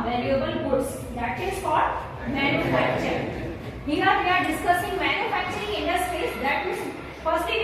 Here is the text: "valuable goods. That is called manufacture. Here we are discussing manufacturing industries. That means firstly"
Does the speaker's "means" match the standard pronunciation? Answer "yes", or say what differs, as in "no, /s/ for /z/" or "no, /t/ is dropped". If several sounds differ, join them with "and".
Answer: no, /n/ is dropped